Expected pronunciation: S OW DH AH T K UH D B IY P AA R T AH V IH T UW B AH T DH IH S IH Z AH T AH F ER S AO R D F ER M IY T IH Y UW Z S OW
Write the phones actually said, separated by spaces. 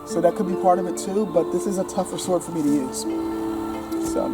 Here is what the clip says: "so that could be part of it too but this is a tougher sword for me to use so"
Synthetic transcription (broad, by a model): S OW DH AH T K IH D B IY P AA R T AH V IH T UW B AH T DH IH S IH Z AH T AH F ER S AO R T F ER M IY T IH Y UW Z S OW